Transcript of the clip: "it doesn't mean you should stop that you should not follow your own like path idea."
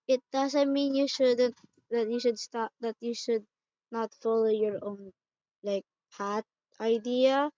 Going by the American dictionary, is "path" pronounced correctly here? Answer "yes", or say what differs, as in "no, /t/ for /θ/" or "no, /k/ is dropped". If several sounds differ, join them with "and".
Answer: no, /t/ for /θ/